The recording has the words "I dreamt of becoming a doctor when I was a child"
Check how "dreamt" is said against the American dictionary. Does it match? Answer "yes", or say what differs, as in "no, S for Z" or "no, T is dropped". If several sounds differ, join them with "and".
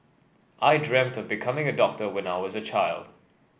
yes